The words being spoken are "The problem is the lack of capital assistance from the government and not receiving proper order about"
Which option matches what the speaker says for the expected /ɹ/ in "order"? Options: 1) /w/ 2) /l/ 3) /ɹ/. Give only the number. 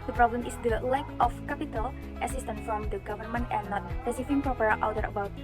1